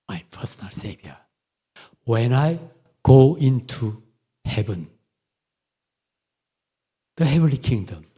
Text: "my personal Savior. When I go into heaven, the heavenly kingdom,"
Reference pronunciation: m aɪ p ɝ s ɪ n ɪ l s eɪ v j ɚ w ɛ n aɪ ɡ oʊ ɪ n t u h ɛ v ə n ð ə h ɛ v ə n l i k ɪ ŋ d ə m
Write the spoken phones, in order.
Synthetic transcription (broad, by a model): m aɪ p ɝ s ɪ n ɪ l s eɪ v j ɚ w ɛ n aɪ ɡ oʊ ɪ n t u h ɛ v ə n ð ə h ɛ v ə n l i k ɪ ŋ d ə m